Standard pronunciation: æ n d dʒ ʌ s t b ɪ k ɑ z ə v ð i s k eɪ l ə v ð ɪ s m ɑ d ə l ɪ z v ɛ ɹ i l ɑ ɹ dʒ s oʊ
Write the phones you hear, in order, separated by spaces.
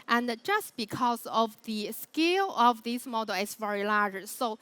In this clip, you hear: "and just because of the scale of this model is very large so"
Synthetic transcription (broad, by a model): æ n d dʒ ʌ s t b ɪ k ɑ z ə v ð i s k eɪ l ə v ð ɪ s m ɑ d ə l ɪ s v ɛ ɹ i l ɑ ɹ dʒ s oʊ